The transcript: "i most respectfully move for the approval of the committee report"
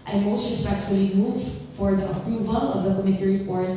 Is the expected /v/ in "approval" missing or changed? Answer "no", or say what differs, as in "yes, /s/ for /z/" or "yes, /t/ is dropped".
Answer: no